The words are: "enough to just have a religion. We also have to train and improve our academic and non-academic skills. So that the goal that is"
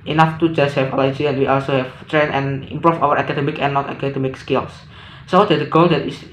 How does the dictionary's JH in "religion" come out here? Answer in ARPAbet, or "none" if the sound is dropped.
none